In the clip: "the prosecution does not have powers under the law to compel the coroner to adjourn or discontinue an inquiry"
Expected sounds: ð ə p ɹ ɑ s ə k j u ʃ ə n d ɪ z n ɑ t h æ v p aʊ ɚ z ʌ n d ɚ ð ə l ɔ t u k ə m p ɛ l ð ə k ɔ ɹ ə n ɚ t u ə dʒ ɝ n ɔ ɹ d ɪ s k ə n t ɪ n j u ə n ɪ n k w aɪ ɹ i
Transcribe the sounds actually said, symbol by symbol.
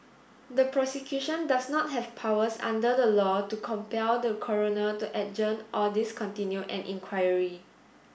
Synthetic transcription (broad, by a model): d ə p ɹ ɑ s ə k j u ʃ ə n d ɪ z n ɑ t h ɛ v p aʊ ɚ s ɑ n d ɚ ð ə l ɔ t u k ə m p ɛ l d ə k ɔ ɹ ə n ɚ t u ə dʒ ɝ n ɔ l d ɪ s k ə n t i n j u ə n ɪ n k w aɪ ɹ i